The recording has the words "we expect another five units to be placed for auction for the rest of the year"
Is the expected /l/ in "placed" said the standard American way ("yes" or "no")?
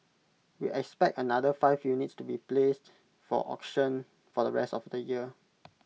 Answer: yes